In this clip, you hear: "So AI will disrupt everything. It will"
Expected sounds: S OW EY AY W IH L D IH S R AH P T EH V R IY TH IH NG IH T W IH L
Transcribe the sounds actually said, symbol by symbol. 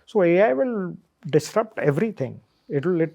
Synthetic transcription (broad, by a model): S OW EY AY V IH L D IH S R AH P T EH V R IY T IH NG IH T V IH L